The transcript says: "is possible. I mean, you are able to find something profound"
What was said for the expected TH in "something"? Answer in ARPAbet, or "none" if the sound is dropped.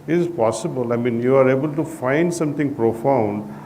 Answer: T